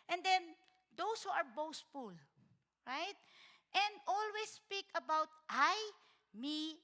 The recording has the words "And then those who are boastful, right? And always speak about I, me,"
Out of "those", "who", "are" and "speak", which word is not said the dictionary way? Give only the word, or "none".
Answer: those